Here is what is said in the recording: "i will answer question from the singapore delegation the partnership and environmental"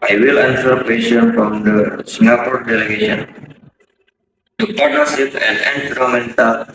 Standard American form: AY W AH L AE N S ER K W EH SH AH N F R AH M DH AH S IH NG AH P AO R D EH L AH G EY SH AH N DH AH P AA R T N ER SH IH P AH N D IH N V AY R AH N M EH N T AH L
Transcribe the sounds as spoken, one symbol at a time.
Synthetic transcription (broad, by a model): AY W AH L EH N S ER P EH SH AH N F R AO M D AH S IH NG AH P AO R D EH L AH G EY SH AH N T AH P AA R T ER S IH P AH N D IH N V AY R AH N M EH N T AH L